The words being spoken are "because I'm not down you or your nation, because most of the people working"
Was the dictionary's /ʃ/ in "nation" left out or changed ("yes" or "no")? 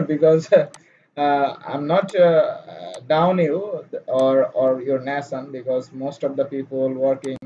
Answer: yes